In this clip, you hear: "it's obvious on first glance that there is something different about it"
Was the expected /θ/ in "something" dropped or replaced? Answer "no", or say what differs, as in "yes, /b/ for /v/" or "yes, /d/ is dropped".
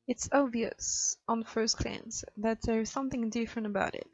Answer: no